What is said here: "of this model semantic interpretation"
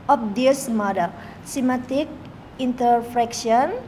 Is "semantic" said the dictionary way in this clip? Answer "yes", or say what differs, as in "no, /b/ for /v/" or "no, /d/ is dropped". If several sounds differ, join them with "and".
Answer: no, /n/ is dropped